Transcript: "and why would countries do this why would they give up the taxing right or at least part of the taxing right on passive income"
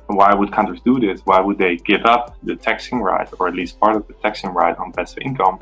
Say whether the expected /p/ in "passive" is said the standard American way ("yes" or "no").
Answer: no